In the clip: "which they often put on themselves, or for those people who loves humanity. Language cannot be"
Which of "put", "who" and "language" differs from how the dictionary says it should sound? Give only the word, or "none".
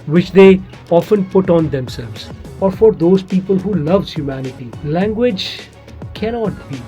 none